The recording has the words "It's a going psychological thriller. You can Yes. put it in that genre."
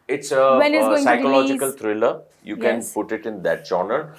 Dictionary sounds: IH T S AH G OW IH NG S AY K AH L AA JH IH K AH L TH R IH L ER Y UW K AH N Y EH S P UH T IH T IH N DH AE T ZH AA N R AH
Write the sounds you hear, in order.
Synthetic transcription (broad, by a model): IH T S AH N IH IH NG S AY K AH L AA JH IH K AH L T R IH L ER Y UW K AH N P UH T IH T IH N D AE T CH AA N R